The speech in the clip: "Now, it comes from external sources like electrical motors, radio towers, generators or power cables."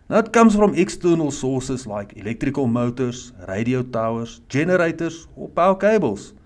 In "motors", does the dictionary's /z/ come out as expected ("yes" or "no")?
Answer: no